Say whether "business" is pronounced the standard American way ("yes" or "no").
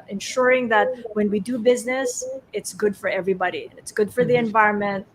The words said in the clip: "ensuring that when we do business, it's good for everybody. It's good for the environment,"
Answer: yes